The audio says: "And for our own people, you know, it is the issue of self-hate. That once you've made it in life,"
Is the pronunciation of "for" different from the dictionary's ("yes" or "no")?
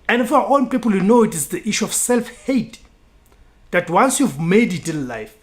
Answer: yes